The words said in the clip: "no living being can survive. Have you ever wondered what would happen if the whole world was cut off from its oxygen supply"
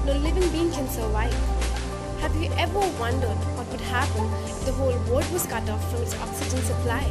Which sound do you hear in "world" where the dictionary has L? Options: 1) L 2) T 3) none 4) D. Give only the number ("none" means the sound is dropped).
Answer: 3